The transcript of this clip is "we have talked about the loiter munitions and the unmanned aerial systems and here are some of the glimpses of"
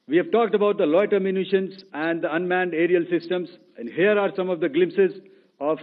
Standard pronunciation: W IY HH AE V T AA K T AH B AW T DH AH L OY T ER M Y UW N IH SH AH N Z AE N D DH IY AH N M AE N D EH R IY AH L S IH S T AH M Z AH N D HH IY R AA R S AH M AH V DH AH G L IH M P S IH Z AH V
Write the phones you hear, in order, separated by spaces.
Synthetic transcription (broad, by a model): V IY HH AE V T AA K T AH B AW T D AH L OY T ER M Y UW N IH SH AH N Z AE N D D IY AH N M AE N D EH R IY AH L S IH S T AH M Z AH N D HH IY R AA R S AH M AH V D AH G L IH M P S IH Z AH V